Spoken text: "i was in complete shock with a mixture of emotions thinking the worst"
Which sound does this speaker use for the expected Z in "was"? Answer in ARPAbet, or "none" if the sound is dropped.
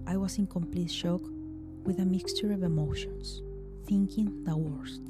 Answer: S